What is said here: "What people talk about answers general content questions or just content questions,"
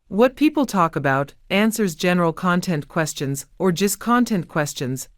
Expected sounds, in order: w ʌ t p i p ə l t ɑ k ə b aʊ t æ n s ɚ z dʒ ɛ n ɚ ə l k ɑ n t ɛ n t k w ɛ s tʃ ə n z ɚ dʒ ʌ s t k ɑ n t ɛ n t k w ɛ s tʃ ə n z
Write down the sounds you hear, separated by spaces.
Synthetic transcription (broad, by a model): w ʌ t p i p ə l t ɑ k ə b aʊ t æ n s ɚ z dʒ ɛ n ɚ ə l k ɑ n t ɛ n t k w ɛ s tʃ ə n z ɚ dʒ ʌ s k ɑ n t ɛ n k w ɛ s tʃ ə n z